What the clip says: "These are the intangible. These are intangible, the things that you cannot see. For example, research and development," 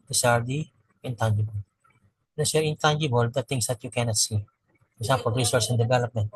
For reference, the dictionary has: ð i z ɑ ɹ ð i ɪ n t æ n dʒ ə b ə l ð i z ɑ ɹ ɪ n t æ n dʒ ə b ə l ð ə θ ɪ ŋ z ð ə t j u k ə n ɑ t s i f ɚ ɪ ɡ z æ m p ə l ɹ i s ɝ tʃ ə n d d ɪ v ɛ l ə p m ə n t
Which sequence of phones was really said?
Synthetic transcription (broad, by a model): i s ɑ ɹ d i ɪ n t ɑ n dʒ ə b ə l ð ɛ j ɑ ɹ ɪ n t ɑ n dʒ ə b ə l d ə t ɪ ŋ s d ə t j u k ə n ɑ t s i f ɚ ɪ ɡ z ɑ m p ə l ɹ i s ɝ s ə n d d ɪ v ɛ l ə p m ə n t